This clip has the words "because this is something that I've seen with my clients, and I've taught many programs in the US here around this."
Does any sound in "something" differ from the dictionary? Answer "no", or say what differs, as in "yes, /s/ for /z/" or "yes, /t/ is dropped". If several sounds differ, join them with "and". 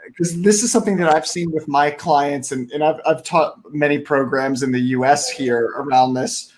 no